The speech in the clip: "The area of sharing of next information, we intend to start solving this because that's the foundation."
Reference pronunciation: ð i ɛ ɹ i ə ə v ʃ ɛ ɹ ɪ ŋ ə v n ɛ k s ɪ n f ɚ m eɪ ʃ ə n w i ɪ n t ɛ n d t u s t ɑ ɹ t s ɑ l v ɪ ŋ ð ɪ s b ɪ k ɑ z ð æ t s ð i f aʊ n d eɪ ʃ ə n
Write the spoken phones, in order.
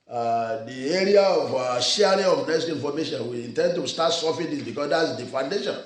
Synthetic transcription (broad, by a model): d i ɛ ɹ i ə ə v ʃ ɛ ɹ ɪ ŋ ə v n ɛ s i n f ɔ m eɪ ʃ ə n w i ɪ n t ɛ n d t u s t ɑ t s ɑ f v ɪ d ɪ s b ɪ k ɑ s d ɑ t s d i f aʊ n d eɪ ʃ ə n